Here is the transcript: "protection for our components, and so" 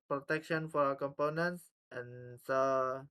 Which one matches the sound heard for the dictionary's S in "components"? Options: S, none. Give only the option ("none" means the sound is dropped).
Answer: S